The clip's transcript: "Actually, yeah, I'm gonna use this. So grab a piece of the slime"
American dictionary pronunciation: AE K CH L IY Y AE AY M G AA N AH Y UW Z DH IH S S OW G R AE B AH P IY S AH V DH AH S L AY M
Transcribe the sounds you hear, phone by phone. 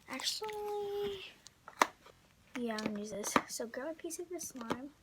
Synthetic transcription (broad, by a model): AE K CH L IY Y AE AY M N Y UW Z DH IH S S OW G AE AH P IY S AH V DH AH S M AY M